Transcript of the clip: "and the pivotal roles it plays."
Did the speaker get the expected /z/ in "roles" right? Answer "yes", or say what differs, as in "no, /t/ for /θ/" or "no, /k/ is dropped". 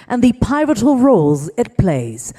yes